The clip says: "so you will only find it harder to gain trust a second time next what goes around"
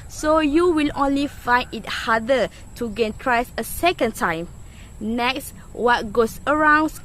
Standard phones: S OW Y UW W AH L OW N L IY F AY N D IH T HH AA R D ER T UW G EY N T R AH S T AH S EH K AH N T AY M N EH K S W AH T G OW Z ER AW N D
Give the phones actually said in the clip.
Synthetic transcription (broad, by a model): S OW Y UW W AH L OW N L IY F AY N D IH T HH AA D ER T UW G EY N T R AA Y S AH S EH K AH N T AY M N EH K S W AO T G OW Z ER AW N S